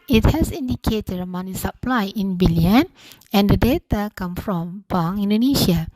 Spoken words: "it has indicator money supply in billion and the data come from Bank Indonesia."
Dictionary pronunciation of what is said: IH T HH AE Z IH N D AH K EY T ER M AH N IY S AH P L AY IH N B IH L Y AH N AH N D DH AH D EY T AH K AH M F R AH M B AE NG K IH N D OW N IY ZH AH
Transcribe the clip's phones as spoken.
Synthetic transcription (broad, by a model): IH T HH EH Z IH N D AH K EY T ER M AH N IY S AH P L AY IH N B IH L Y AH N AH N D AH D EY T AH K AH M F R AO M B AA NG IH N D OW N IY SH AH